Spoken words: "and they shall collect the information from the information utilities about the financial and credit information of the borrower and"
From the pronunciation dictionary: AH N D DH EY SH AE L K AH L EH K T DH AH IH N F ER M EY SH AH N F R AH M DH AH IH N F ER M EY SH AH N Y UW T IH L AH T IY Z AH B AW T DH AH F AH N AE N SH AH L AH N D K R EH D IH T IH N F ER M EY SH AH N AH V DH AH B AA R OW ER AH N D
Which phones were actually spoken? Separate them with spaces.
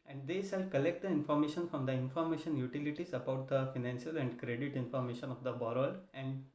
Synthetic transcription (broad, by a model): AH N D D EY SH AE L K AH L EH K T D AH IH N F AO M EY SH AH N F R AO M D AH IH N F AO M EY SH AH N Y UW T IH L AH T IY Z AH B AW T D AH F AH N AE N SH AH L AH N D K R EH D IH T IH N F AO M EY SH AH N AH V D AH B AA R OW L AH N D